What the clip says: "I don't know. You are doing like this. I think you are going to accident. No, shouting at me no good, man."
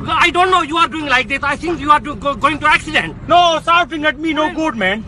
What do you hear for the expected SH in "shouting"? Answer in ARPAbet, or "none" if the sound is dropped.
S